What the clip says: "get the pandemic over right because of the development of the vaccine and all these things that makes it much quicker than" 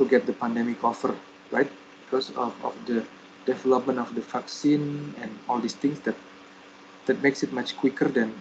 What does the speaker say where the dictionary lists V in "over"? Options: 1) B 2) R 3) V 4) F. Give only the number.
4